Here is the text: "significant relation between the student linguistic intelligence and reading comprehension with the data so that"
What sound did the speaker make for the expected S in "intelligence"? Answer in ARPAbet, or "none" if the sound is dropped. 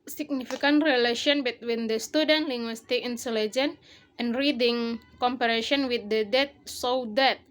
none